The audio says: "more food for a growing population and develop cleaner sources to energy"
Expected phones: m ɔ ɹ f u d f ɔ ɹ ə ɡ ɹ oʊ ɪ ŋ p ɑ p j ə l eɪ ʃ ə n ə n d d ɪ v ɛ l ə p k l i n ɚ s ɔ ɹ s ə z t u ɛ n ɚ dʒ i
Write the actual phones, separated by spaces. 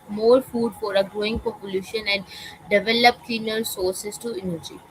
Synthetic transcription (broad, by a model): m ɔ ɹ f u d f ɔ ɹ ə ɡ ɹ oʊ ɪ ŋ p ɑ p j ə l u ʃ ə n ə n d d ɪ v ɛ l ə p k i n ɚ s ɔ ɹ s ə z t u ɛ n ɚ dʒ i